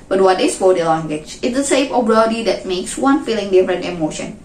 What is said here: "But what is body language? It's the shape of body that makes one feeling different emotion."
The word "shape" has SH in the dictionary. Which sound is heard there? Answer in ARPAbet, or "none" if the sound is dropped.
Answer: S